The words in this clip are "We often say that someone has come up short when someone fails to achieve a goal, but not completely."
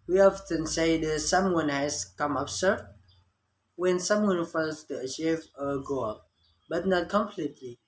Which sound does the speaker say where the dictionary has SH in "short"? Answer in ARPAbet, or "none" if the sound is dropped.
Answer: S